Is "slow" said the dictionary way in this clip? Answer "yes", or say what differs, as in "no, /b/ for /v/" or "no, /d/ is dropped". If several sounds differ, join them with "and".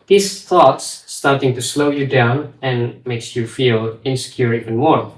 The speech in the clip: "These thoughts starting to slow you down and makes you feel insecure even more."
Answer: yes